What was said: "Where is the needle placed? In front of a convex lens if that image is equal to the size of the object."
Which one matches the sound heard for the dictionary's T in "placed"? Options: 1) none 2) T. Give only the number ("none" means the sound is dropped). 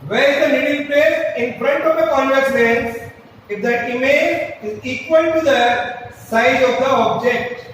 1